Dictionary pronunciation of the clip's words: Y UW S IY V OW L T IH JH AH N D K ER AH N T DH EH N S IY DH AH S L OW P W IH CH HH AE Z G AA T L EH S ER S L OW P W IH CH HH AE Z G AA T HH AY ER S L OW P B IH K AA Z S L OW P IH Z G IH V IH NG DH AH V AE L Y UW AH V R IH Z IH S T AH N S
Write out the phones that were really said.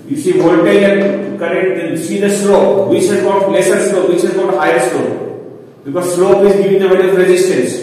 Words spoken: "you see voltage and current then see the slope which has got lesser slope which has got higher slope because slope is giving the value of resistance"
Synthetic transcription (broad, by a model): Y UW S IY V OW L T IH AH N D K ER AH T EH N S IY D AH S L OW P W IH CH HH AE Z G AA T L EH S ER S L OW P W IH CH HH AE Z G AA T HH AY ER S L OW P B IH K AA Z S L OW P IH Z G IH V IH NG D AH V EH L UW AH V R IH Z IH S T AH N S